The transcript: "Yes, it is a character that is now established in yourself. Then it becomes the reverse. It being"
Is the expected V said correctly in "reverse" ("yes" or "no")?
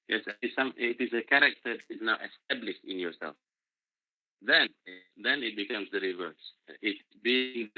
yes